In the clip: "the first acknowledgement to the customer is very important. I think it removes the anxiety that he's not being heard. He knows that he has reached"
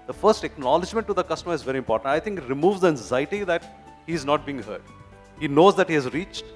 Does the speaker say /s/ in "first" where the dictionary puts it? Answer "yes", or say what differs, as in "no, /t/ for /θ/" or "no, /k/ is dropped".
yes